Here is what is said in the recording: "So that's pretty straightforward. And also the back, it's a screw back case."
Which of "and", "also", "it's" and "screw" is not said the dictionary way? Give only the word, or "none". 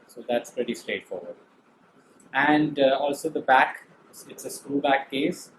screw